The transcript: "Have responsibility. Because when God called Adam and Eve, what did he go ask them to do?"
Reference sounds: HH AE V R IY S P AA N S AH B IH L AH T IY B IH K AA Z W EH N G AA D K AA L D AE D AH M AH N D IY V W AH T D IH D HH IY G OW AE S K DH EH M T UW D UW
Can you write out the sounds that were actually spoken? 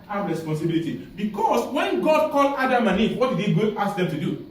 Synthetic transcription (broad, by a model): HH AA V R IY S P AA N S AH B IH L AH T IY B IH K AA S W EH N G AA D K AA L AA D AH M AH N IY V W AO T D IH D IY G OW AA S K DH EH M T UW D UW